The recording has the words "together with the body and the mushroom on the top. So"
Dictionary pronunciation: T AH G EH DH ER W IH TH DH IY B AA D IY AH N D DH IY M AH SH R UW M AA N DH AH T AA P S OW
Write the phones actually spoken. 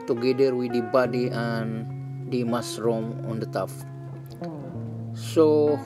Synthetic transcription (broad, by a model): T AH G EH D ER W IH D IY B AA D IY AH N D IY M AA S R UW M AA N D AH T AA F S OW